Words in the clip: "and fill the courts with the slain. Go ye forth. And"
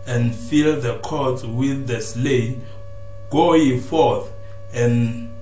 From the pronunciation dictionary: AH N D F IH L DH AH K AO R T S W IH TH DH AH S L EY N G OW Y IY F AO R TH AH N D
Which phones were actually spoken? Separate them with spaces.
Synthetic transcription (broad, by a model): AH N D F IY L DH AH K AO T W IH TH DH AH S L EY N G OW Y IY F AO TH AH N